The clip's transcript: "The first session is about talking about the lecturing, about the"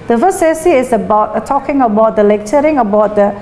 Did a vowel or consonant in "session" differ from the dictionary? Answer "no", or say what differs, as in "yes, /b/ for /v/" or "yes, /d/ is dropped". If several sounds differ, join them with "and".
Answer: yes, /s/ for /ʃ/ and /n/ is dropped